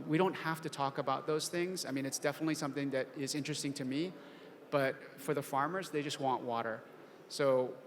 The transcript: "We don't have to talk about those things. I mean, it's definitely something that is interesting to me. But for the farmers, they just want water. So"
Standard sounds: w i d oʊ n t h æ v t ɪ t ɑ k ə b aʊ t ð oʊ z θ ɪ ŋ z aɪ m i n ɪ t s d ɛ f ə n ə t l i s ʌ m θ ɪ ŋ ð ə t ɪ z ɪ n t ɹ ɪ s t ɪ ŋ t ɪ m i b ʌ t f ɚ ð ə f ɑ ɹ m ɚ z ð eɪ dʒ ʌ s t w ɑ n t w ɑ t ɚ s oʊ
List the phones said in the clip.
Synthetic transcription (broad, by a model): w i d oʊ n t h æ f t ɪ t ɑ k ə b aʊ t ð oʊ z θ ɪ ŋ z aɪ m i n ɪ t s d ɛ f ə n ə t l i s ʌ m θ ɪ ŋ ð ə t ɪ z ɪ n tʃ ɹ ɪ s t ɪ ŋ t ɪ m i b ʌ t f ɚ ð ə f ɑ ɹ m ɚ z ð eɪ dʒ ʌ s t w ɑ n t w ɑ t ɚ s oʊ